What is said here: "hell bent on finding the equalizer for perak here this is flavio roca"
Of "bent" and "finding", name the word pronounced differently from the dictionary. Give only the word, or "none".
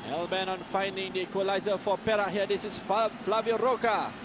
bent